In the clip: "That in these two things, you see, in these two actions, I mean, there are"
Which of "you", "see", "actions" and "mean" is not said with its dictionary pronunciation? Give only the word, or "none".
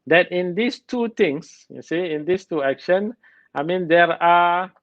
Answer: actions